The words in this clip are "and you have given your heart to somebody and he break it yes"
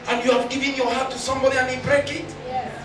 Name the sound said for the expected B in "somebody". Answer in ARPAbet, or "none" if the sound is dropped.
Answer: B